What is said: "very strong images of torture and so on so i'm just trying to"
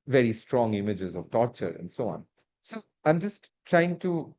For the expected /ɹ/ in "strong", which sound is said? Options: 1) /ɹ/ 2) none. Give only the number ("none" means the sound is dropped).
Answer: 1